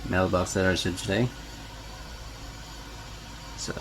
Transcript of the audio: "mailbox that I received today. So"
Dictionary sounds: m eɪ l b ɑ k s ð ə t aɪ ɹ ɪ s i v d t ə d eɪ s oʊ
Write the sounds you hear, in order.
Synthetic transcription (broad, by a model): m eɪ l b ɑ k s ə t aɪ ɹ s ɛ d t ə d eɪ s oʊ